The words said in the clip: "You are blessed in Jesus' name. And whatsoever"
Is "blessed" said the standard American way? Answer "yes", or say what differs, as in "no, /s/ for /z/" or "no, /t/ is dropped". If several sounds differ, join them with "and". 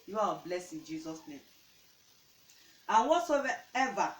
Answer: no, /t/ is dropped